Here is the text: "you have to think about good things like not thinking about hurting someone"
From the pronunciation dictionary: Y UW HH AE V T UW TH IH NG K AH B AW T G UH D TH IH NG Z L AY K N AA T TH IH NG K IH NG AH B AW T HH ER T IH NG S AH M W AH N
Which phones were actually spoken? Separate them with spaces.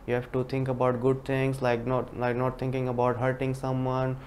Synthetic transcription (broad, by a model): Y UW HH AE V T UW T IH NG K AH B AW T G UH D T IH NG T L AY K N AA T T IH NG K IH NG AH B AW T HH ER T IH NG S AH M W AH N